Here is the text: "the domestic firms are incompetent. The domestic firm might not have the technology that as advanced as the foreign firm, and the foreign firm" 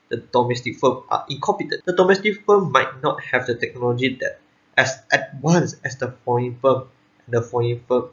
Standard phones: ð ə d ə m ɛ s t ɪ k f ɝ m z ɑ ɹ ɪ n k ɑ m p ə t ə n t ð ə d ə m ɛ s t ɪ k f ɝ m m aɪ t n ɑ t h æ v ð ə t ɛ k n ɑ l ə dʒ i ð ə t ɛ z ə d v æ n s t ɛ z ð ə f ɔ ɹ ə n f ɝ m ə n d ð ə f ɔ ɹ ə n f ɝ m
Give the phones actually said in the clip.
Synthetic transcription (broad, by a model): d ə d ə m ɛ s t ɪ k f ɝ m ɑ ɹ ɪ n k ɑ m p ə t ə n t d ə d ə m ɛ s t ɪ k f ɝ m m aɪ t n ɑ t h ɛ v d ə t ɛ k n ɑ l ə dʒ i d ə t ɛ s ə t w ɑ n s ɛ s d ə f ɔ ə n f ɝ m ə n d ə f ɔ ə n f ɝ m